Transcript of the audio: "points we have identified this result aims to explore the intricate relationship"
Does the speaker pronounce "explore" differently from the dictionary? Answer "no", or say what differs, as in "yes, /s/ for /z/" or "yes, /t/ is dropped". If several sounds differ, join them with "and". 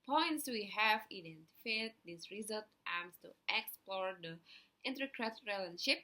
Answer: no